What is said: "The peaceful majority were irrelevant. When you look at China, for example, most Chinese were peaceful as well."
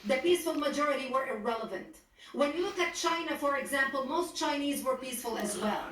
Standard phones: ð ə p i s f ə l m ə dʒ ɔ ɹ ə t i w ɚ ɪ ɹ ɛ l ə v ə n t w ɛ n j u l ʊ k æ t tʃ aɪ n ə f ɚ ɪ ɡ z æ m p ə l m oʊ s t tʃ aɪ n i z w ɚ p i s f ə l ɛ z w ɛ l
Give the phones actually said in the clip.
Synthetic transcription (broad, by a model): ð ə p i s f ə l m ə dʒ ɔ ɹ ə t i w ɚ ɪ ɹ ɛ l ə v ə n t w ɛ n j u l ʊ k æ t tʃ aɪ n ə f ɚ ɪ ɡ z æ m p ə l m oʊ s t tʃ aɪ n i z w ɚ p i s f ə l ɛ z w ɛ l